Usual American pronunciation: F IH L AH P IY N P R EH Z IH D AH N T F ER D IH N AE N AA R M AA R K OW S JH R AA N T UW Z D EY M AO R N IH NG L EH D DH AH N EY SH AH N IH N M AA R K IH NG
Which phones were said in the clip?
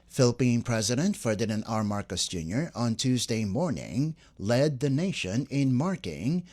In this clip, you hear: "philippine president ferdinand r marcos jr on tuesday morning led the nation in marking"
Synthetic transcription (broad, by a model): F IH L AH P IY N P R EH Z IH D AH N T F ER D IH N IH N AA R M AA R K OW S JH R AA N T UW Z D EY M AO R N IH NG L EH D DH AH N EY SH AH N IH N M AA R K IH NG